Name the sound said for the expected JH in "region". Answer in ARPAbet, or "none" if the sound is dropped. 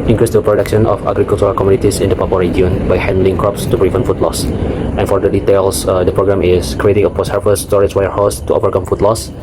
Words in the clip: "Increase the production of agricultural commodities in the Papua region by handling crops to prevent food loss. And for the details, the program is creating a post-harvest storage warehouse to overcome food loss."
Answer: none